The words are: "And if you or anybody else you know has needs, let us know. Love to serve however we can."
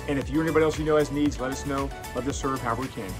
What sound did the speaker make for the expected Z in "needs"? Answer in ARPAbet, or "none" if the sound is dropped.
Z